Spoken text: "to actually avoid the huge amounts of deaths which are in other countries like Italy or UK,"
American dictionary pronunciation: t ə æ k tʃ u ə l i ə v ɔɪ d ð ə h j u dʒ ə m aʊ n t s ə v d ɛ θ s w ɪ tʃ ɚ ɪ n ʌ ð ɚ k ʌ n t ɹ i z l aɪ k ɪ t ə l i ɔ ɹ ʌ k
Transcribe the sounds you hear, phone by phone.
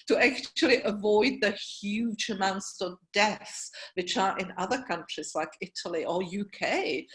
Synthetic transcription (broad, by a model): t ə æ k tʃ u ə l i ə v ɔɪ d ð ə h j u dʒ ə m aʊ n t s ə v d ɛ θ s w ɪ tʃ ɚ ɪ n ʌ ð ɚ k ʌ n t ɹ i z l aɪ k ɪ t ə l i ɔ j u k